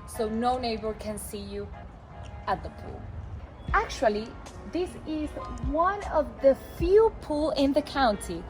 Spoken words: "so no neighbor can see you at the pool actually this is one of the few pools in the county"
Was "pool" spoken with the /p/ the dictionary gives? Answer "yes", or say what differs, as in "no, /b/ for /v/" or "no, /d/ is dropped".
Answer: yes